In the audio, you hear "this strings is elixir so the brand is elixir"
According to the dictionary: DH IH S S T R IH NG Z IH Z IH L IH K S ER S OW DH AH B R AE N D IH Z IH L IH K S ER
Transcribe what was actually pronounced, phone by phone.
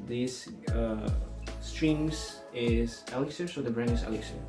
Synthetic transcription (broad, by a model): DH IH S S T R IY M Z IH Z IH L IH K S ER S OW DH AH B R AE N IH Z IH L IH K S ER